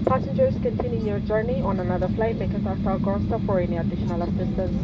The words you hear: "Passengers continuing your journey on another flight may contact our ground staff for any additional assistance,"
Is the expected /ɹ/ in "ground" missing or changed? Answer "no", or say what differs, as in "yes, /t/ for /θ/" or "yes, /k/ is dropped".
yes, /ɹ/ is dropped